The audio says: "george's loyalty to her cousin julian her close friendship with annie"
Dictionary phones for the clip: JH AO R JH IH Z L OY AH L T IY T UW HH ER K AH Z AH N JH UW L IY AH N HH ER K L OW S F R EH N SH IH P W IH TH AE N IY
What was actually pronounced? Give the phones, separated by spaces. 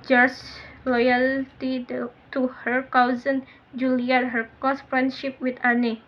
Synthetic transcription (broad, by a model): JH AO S L OY AH L T IY T UW HH ER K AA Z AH N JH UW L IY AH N HH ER K OW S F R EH N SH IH P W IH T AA N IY